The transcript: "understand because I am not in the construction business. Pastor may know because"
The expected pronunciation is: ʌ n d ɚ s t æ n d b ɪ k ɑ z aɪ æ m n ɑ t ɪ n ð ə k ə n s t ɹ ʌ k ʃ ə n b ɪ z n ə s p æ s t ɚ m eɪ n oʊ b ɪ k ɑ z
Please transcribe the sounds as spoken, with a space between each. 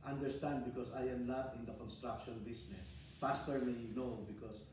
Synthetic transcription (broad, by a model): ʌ n d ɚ s t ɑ n d b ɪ k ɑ s aɪ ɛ m n ɑ t ɪ n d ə k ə n s t ɹ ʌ k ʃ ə n b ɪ s n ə s f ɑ s t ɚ m eɪ n oʊ b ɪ k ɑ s